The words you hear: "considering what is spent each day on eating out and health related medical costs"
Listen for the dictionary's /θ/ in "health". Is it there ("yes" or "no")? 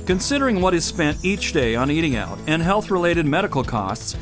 yes